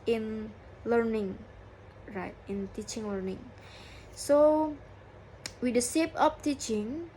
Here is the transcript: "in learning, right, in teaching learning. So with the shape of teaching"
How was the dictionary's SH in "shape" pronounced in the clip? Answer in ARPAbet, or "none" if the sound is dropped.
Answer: S